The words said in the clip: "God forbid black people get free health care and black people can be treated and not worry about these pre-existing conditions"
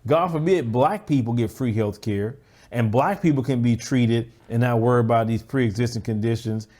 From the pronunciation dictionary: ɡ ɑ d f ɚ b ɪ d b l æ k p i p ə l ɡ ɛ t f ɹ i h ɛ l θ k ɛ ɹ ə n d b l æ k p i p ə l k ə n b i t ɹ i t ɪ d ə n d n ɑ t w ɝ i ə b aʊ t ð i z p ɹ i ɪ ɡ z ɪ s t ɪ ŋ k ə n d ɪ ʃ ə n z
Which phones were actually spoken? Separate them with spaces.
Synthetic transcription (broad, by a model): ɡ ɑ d f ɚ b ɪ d b l æ k p i p l ɡ ɛ t f ɹ i h ɛ l θ k ɛ ɹ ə n b l æ k p i p l k ə n b i t ɹ i t ɪ d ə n n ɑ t w ɝ i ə b aʊ t ð i z p ɹ i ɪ ɡ z ɪ s t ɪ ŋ k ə n d ɪ ʃ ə n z